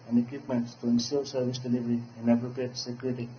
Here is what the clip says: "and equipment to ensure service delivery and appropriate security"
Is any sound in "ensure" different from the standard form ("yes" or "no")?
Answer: yes